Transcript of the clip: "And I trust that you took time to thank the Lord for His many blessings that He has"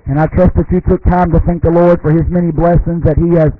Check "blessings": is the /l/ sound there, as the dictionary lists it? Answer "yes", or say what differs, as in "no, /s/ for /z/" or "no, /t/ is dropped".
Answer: yes